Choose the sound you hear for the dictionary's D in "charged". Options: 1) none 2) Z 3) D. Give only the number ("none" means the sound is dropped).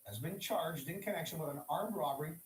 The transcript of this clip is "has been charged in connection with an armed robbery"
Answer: 3